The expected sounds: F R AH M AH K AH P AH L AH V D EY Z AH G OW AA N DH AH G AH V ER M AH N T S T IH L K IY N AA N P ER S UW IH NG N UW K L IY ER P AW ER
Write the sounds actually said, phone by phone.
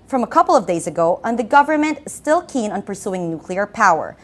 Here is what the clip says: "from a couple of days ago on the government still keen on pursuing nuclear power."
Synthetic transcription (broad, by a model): F R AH M AH K AH P L AH V D EY Z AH G OW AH N DH AH G AH V ER M AH N T S T IH L K IY N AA N P ER S UW IH NG N UW K L IY ER P AW ER